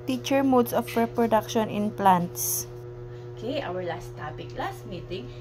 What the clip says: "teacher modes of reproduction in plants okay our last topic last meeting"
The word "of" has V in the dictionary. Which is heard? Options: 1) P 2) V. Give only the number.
1